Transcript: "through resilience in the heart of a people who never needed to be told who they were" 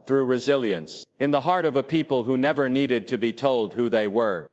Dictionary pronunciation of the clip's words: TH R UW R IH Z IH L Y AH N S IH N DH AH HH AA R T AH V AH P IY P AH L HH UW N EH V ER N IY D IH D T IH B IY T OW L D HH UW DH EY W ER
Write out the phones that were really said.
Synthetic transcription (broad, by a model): TH R UW R IH Z IH L Y AH N S IH N DH AH HH AA R T AH V AH P IY P AH L HH UW N EH V ER N IY D IH D T IH B IY T OW L D HH UW DH EY W ER